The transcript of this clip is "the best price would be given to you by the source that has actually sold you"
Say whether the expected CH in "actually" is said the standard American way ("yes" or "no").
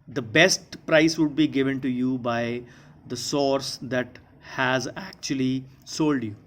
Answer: yes